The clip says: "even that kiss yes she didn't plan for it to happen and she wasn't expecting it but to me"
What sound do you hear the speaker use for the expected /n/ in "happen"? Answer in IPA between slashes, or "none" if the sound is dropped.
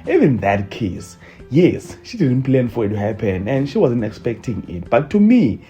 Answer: /n/